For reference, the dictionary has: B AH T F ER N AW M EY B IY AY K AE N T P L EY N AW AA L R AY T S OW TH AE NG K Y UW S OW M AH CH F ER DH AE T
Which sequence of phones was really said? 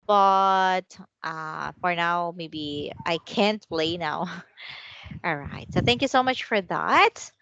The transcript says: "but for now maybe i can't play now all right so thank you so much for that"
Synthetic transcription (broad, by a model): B AH T F ER N AW M EY B IY AY K AE N T P L EY N AW AA L R AY T S OW TH AE NG K Y UW S OW M AH CH F ER DH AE T